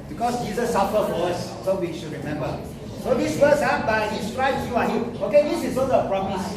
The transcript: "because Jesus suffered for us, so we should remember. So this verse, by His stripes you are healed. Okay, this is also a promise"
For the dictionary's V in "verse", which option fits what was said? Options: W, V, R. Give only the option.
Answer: W